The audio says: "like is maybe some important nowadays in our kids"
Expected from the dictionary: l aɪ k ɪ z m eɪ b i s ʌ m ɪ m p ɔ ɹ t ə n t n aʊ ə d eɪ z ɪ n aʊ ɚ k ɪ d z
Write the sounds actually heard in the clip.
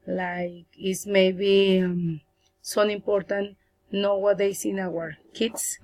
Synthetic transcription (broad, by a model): l aɪ k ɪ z m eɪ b i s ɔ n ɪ m p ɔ ɹ t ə n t n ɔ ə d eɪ s ɪ n aʊ ɚ k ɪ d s